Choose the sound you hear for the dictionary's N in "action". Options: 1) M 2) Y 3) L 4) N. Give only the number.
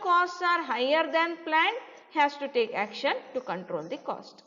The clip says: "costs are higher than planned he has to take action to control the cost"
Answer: 4